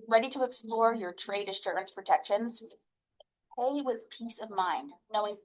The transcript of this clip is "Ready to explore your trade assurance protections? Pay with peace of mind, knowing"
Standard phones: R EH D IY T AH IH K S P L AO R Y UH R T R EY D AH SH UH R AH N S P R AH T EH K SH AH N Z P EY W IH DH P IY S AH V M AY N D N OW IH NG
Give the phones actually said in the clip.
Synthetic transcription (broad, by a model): R EH D IY T AH IH K S P L AO R Y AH R T R EY D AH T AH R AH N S P R AH T EH K SH AH N Z P EY W IH DH P IY S AH V M AY N D N OW IH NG